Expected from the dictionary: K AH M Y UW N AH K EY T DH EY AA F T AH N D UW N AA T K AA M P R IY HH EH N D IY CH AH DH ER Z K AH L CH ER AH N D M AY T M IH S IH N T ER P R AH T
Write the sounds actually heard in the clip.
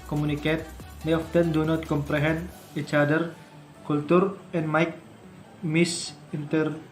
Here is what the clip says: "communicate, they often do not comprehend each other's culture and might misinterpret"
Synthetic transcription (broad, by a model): K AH M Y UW N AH K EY T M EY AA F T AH N D UW N AA T K AA M P R IY HH EH N D IY CH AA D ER K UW L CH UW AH N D M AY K M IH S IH N T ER R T